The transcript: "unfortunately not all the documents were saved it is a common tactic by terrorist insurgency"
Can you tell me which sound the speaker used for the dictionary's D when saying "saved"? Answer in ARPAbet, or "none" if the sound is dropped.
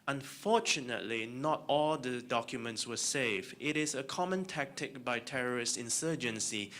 none